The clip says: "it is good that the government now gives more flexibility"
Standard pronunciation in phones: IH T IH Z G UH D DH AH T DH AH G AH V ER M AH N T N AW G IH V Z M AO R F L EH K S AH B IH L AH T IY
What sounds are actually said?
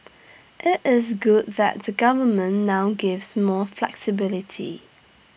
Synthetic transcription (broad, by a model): IH T IH Z G UH D DH AH T DH AH G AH V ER M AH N N AW G IH V Z M AO F L EH K S AH B IH L AH T IY